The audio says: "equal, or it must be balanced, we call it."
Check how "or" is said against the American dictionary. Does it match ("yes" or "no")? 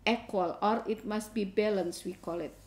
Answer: yes